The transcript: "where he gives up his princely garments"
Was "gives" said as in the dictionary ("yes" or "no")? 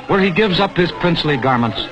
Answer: yes